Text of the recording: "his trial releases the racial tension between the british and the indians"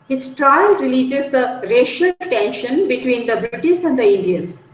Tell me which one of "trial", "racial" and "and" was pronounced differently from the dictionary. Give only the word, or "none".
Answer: none